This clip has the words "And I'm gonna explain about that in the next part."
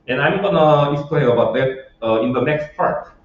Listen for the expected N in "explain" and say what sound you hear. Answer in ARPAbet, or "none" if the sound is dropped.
none